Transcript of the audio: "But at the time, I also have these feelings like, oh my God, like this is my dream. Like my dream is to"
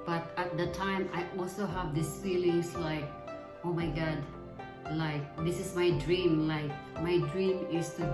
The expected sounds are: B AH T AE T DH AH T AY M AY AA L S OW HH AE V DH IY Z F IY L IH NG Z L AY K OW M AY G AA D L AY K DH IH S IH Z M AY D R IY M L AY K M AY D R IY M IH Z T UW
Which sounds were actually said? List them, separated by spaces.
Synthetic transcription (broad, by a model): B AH T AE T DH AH T AY M AY AA L S OW HH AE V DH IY S F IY L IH NG S L AY K OW M AY G AA D L AY K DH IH S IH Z M AY D R IY M L AY K M AY D R IY M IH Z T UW